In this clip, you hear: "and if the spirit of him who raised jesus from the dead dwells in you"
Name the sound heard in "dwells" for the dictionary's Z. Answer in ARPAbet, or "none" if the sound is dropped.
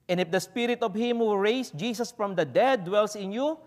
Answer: S